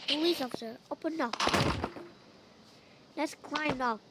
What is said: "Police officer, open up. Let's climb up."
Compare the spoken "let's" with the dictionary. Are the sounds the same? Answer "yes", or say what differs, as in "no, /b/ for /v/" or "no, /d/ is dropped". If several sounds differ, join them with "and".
no, /n/ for /l/